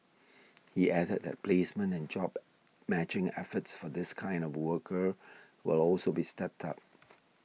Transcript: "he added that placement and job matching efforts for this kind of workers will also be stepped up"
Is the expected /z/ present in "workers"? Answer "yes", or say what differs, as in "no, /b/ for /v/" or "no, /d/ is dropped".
no, /z/ is dropped